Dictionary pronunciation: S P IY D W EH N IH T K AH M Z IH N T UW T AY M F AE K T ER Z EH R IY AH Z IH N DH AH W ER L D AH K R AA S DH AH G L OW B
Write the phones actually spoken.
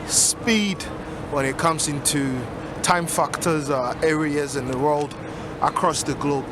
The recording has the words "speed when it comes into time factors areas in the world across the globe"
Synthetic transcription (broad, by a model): S P IY D W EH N IH T K AH M Z IH N T UW T AY M F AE K T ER Z EH R IY AH Z IH N DH AH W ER L D AH K R AA S DH AH G L OW B